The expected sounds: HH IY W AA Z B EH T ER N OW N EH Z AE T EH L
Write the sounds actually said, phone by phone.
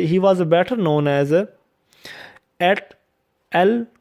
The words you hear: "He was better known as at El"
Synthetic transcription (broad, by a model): HH IY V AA Z B EH T ER N OW N EH Z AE T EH L